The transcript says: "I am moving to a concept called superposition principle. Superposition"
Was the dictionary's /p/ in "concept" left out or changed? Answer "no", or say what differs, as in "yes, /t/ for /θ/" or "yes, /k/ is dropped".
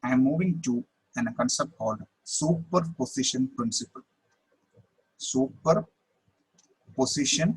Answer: no